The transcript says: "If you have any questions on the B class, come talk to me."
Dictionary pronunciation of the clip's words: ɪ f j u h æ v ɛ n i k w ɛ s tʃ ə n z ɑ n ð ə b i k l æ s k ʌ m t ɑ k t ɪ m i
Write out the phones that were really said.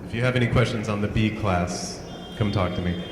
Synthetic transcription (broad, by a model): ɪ f j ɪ v ɛ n i k w ɛ s tʃ ə n z n ð ə b i k l æ s k ʌ m t ɑ k t ɪ m i